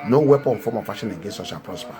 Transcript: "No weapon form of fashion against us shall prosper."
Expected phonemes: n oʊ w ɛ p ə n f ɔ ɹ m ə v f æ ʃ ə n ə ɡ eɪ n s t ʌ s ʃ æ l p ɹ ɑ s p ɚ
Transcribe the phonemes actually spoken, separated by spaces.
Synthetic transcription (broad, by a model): n oʊ w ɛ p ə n f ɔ m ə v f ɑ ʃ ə n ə ɡ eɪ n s ɔ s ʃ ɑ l p ɹ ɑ s p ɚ